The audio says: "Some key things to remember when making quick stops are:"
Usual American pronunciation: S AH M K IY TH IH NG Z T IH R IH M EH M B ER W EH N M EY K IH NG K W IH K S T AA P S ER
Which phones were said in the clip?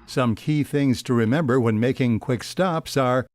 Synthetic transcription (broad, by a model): S AH M K IY TH IH NG Z T IH R IH M EH M B ER W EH N M EY K IH NG K W IH K S T AA P S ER